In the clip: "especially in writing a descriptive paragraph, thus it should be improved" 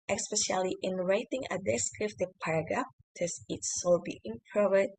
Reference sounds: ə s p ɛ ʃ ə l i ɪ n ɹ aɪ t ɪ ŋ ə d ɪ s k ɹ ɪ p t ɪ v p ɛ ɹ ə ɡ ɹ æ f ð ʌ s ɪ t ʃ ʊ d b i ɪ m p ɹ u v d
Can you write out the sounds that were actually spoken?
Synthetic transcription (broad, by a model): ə s p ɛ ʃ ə l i ɪ n ɹ aɪ t ɪ ŋ ə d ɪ s k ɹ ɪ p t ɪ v p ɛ ɹ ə ɡ ɹ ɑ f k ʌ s ɪ t s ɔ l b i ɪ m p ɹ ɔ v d